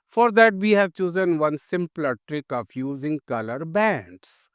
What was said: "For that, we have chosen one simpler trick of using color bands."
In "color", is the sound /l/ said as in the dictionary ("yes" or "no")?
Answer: yes